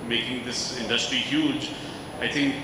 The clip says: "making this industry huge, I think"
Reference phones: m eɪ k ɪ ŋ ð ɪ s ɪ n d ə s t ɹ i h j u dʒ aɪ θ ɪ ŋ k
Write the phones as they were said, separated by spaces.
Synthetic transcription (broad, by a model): m eɪ k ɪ ŋ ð ɪ s ɪ n d ə s t ɹ i h j u dʒ aɪ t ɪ ŋ k